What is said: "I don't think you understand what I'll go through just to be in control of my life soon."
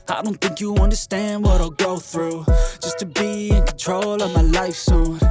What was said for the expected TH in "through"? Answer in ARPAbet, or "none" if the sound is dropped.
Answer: TH